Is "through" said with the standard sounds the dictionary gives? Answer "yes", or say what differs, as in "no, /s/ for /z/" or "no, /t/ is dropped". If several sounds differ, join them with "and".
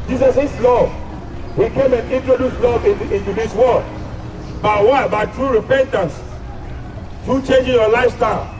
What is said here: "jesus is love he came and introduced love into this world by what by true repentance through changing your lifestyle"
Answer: no, /t/ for /θ/